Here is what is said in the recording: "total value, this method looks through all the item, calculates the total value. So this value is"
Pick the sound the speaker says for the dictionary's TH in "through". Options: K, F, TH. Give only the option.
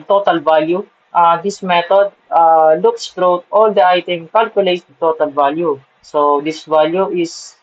F